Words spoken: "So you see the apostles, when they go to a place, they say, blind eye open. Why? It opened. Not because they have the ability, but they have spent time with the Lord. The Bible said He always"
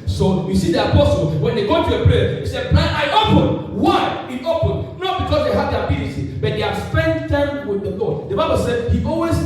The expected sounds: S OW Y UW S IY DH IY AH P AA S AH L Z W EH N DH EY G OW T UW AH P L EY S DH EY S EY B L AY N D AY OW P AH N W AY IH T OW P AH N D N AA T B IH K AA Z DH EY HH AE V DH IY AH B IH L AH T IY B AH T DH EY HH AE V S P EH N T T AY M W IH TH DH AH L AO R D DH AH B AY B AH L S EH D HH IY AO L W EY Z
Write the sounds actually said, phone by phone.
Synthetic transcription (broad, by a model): S OW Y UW S IY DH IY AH P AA S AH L W EH N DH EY G OW T UW AH P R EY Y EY S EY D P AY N AY OW P AH N W AY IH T OW P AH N N AA T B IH K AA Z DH EY HH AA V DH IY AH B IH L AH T IY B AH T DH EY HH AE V S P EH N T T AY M W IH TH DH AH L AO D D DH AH B AY B AH L S EH D HH IY AO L W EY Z